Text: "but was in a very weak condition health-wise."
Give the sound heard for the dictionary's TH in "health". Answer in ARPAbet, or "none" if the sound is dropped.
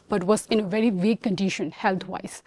T